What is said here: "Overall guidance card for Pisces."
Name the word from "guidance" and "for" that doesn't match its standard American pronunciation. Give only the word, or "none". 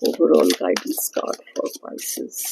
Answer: guidance